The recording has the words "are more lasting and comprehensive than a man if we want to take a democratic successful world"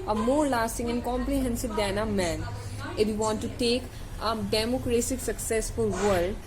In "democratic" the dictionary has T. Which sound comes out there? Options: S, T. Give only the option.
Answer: S